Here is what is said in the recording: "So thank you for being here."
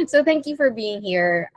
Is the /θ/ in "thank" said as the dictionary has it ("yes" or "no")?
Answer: yes